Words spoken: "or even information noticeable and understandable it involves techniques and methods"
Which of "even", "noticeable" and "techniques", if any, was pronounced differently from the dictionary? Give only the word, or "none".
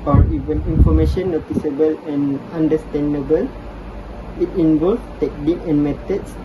techniques